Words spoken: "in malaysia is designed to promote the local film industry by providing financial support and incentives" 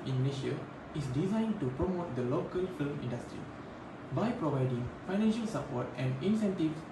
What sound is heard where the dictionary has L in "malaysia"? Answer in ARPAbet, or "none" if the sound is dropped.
N